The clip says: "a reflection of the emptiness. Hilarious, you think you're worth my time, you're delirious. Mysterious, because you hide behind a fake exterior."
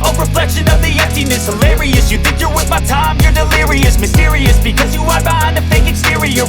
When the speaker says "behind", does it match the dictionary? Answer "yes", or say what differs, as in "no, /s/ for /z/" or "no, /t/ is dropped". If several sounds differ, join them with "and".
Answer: no, /d/ is dropped